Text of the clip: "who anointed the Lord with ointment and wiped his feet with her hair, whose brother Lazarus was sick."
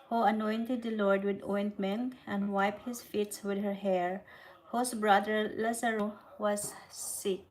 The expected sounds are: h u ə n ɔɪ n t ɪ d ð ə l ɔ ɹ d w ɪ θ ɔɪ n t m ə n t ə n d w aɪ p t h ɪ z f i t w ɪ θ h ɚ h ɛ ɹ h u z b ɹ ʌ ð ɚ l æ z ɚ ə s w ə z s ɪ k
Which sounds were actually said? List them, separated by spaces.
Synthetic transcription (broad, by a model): h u ə n ɔɪ n t ɪ d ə l ɔ ɹ d w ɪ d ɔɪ n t m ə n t ə n d w aɪ p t h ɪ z f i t w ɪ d h ɚ h ɛ ɹ h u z b ɹ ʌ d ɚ l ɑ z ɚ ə w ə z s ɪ k